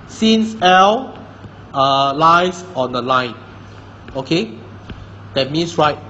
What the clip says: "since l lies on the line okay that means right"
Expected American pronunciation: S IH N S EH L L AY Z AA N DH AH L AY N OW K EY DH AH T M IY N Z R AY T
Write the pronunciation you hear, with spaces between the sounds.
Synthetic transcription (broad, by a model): S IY N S EH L L AY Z AA N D AH L AY N OW K EY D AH T M IY N S R AY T